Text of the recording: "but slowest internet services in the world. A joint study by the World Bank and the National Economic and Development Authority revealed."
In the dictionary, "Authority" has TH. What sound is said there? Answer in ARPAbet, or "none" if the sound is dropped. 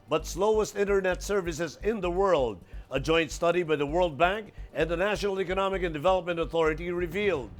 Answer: TH